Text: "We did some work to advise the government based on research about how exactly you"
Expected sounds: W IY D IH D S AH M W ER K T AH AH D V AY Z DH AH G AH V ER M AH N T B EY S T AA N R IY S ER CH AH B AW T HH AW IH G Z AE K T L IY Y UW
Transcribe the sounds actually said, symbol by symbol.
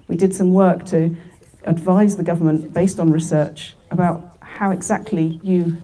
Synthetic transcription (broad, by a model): W IY D IH D S AH M W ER K T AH AH D V AY Z DH AH G AH V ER M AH N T B EY S T N R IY S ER CH AH B AW T HH AW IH G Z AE K T L IY Y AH